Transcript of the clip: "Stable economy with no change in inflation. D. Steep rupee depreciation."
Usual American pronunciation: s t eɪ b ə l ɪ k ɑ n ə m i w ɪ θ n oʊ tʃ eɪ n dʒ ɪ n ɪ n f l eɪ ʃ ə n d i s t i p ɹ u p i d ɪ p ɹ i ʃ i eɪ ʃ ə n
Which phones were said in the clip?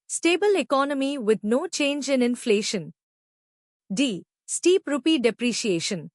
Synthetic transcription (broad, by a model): s t eɪ b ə l ɪ k ɑ n ə m i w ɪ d n oʊ tʃ eɪ n dʒ ɪ n ɪ n f l eɪ ʃ ə n d i s t i p ɹ u p i d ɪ p ɹ i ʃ i eɪ ʃ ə n